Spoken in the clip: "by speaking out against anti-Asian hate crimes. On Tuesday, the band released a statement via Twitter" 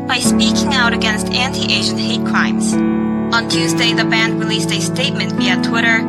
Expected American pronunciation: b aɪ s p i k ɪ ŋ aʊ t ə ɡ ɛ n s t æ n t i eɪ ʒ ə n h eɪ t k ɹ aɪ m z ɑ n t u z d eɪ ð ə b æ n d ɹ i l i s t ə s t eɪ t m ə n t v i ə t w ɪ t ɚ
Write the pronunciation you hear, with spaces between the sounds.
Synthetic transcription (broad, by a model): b aɪ s p i k ɪ ŋ aʊ t ə ɡ ɛ n s t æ n t i eɪ ʒ ə n h eɪ t k ɹ aɪ m z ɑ n t u z d eɪ ð ə b æ n d ɹ i l i s t ə s t eɪ t m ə n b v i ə t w ɪ t ɚ